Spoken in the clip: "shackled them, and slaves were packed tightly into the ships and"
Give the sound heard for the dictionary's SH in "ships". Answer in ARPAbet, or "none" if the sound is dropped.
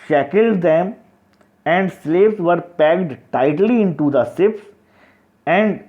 S